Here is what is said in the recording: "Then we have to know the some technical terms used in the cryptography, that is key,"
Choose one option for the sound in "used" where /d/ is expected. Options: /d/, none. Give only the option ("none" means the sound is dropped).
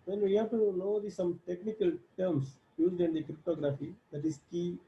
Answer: /d/